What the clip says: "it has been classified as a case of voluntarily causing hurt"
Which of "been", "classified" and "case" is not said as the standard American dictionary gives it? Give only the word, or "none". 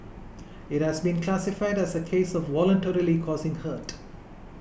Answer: none